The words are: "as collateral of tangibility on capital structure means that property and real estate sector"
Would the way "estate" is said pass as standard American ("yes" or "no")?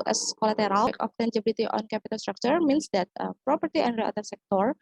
no